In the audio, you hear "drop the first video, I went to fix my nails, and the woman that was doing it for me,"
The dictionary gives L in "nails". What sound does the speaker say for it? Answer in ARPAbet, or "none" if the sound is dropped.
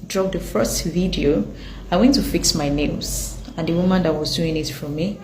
none